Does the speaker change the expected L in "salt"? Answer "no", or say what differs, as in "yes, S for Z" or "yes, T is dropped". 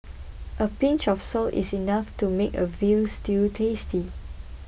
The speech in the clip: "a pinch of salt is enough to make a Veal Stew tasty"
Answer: no